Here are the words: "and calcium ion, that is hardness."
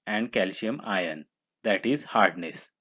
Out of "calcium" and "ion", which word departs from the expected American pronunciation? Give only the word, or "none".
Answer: calcium